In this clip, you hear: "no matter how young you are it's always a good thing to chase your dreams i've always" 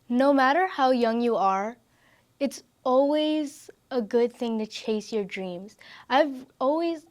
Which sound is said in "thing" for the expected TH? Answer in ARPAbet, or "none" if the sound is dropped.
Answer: TH